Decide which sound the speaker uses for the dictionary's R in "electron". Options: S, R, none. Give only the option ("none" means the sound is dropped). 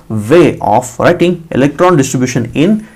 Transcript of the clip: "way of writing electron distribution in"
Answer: R